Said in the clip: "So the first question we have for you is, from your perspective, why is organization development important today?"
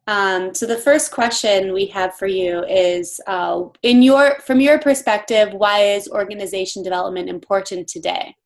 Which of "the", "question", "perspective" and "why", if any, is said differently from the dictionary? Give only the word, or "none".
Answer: none